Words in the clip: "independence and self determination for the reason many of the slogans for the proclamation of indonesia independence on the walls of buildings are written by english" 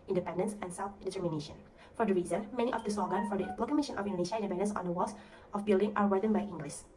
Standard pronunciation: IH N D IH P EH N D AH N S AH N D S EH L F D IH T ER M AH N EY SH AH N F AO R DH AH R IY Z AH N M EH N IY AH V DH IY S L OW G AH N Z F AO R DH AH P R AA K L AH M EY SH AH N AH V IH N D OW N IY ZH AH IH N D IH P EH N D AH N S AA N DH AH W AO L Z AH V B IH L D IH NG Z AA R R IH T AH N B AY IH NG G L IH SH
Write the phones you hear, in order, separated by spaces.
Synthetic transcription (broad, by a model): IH N D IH P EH N D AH N S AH N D S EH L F D IH T ER M AH N EY SH AH N F AO R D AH R IY Z AH N M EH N IY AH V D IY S OW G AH N F AO R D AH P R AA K AH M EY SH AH N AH F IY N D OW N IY SH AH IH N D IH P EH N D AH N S AA N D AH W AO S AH F B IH L D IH NG AA R W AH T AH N B AY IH NG G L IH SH